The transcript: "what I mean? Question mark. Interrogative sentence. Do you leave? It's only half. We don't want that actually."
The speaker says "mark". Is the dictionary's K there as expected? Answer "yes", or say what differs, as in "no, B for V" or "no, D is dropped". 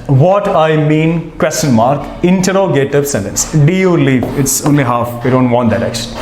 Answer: yes